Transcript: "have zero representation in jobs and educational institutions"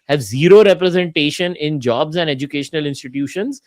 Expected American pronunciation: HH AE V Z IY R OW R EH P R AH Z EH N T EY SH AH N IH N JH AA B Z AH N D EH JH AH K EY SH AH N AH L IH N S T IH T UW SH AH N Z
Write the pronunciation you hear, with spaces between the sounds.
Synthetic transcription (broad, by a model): HH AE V Z IY R OW R EH P R AH Z EH N T EY SH AH N IH N JH AA B Z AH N D EH JH AH K EY SH AH N AH L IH N S T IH T UW SH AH N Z